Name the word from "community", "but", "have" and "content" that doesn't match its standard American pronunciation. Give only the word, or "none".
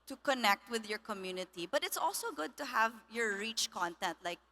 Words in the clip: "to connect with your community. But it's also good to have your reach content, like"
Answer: none